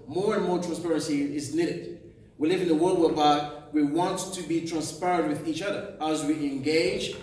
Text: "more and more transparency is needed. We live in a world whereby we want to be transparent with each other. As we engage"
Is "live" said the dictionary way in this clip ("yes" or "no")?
yes